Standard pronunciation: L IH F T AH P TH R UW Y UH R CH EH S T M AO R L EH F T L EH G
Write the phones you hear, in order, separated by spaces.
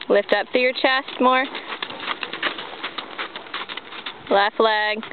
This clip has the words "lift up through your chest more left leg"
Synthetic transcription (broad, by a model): L IH F T AH P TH UW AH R CH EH S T M AO R L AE F L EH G